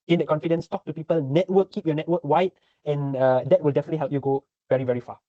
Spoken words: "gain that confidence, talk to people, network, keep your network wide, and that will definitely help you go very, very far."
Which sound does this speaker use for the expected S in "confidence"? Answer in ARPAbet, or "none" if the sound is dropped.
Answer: S